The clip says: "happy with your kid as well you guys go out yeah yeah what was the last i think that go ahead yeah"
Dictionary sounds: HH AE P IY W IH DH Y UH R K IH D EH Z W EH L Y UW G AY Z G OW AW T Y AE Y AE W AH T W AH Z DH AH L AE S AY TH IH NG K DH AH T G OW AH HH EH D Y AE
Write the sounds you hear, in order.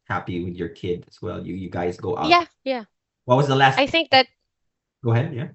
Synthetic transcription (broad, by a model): HH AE P IY W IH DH Y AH R K IH D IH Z W EH L Y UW G AY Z G OW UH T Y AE Y AE W AH T W AH Z DH AH L AE S AY TH IH NG K DH AH T G OW AH HH EH D Y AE